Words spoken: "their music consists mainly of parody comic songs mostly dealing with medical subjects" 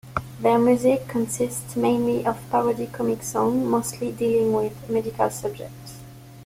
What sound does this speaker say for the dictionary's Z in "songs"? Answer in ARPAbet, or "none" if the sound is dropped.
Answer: none